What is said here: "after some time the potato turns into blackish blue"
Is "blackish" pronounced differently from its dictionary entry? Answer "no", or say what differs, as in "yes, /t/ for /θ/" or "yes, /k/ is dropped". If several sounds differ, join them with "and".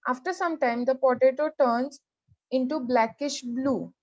no